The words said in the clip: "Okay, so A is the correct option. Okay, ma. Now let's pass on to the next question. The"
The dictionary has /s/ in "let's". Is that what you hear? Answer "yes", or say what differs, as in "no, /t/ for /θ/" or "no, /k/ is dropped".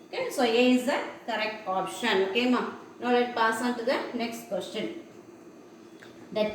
no, /s/ is dropped